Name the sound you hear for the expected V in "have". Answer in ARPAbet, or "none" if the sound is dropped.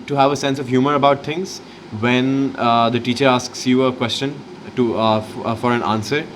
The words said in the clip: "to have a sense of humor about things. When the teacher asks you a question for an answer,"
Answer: V